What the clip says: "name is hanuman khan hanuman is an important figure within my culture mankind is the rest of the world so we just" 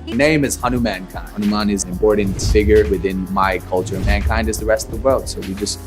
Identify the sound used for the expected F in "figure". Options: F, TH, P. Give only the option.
F